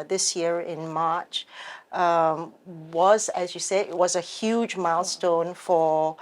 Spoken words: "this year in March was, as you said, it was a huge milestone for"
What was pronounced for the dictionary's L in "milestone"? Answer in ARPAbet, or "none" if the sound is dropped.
L